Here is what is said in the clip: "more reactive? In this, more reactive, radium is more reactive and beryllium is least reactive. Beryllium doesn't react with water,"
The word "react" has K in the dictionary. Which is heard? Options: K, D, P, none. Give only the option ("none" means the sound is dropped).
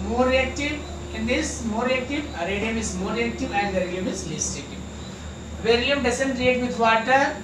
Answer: none